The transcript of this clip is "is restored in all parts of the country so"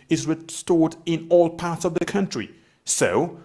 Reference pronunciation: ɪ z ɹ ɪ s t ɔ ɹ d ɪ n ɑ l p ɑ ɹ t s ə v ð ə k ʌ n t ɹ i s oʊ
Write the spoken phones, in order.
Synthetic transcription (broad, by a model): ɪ z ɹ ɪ s t ɔ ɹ d ɪ n ɑ l p ɑ ɹ t s ə v ð ə k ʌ n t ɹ i s oʊ